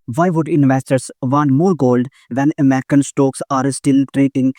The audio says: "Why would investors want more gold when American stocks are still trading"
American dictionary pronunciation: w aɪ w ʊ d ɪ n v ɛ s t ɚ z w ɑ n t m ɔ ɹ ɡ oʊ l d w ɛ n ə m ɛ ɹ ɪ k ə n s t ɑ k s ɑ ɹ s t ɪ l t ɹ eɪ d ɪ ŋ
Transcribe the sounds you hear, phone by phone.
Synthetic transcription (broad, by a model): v aɪ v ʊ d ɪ n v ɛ s t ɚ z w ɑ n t m ɔ ɹ ɡ oʊ l d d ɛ n ə m ɛ ɹ ɪ k ə n s t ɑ k s ɑ ɹ s t ɪ l t ɹ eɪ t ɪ ŋ